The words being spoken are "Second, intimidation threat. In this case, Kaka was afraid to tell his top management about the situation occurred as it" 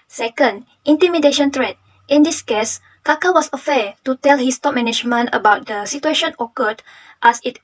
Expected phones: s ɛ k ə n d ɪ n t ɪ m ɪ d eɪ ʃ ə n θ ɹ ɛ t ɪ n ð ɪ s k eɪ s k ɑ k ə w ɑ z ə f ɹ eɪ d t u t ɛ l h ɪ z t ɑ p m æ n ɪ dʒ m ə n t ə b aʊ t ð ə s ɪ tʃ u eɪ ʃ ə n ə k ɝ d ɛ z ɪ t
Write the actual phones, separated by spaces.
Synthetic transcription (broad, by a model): s ɛ k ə n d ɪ n t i m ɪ d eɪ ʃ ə n t ɹ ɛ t ɪ n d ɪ s k eɪ s k ɑ k ə w ɑ s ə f eɪ t u t ɛ l h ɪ s t ɑ p m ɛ n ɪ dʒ m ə n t ə b aʊ t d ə s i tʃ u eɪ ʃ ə n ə k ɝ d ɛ s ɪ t